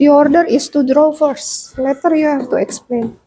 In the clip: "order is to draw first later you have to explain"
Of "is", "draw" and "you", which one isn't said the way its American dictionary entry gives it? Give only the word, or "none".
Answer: is